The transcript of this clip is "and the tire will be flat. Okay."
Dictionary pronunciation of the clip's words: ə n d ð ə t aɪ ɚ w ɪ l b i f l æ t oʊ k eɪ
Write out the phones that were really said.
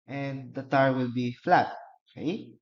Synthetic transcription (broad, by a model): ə n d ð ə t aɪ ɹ w ɪ l b i f l æ t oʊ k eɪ